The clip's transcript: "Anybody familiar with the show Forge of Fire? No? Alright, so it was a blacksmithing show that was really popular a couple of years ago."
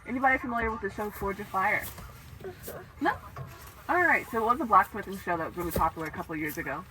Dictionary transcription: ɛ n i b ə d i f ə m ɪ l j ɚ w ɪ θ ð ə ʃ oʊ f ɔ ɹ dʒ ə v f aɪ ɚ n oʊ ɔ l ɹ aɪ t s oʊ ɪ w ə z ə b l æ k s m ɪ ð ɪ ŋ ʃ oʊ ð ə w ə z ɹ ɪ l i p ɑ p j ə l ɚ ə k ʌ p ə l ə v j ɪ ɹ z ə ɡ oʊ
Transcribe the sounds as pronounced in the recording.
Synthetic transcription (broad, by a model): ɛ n i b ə d i f ə m ɪ l j ɚ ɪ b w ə ʃ oʊ f ɔ ɹ dʒ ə f aɪ ɚ n oʊ ɔ l ɹ aɪ t s oʊ ɪ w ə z ə b l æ k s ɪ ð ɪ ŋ ʃ oʊ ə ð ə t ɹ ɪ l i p ɑ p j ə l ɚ ə k ʌ p l ə v j ɪ ɹ z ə ɡ oʊ